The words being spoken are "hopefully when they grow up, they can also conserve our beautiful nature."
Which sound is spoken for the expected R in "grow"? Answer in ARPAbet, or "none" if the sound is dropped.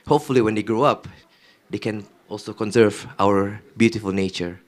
R